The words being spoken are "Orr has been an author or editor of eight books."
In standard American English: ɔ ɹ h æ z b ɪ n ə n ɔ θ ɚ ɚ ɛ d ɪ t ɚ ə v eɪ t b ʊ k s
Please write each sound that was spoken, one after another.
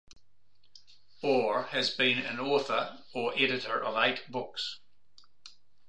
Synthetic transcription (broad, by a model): ɔ ɹ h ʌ z b ɪ n ə n ɔ θ ɚ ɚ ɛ d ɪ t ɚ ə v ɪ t b ʊ k s